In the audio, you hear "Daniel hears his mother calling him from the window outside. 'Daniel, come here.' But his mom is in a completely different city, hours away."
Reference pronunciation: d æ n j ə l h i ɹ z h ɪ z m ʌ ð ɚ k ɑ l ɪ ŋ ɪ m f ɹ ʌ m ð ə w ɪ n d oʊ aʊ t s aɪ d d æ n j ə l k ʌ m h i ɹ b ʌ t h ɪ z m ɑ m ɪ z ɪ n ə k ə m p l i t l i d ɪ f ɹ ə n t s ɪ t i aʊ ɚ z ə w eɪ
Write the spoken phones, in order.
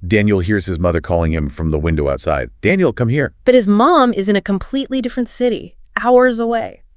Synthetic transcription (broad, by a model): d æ n j l h i ɹ z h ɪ z m ʌ ð ɚ k ɑ l ɪ ŋ ɪ m f ɹ ʌ m ð ə w ɪ n d oʊ aʊ t s aɪ d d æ n j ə l k ʌ m h i ɹ b ʌ t h ɪ z m ɑ m ɪ z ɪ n ə k ə m p l i t l i d ɪ f ɹ ə n t s ɪ t i aʊ ɚ z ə w eɪ